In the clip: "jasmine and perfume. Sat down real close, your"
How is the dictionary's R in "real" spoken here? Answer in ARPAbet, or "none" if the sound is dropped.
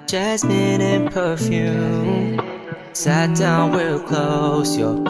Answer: W